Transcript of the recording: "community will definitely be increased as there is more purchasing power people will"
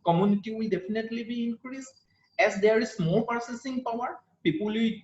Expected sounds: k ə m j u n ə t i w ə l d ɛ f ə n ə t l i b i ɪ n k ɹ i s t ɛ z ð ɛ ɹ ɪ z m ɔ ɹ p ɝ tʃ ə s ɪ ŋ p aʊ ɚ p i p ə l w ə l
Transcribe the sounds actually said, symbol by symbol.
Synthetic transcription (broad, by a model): k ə m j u n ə t i w ə l d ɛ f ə n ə t l i b i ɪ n k ɹ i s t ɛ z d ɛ ɹ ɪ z m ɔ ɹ p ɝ s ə s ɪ ŋ p aʊ ɚ p i p ə l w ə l